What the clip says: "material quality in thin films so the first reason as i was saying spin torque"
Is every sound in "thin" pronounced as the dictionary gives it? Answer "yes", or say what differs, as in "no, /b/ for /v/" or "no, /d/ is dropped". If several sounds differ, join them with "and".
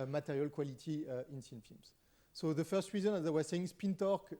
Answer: no, /s/ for /θ/